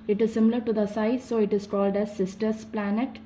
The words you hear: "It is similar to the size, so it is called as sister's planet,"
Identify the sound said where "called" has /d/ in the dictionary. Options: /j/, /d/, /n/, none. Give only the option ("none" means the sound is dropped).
/d/